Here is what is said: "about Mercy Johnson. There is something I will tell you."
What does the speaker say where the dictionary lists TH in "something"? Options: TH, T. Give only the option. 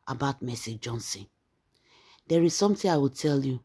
T